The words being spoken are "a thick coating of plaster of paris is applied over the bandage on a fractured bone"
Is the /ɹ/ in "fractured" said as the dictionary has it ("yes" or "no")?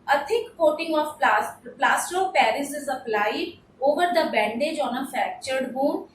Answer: no